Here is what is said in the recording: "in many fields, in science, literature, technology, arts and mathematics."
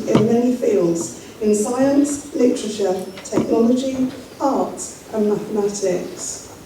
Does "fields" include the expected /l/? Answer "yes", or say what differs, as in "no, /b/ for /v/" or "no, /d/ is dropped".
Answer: yes